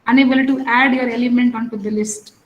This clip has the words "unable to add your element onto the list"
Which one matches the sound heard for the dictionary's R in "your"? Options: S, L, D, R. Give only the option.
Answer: R